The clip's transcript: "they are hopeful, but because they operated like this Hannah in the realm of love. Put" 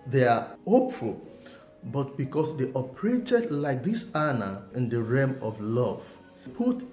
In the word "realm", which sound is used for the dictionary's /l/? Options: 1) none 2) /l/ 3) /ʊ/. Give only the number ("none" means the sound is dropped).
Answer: 1